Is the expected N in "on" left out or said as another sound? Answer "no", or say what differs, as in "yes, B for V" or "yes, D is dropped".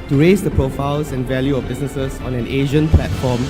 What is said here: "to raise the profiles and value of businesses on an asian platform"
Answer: no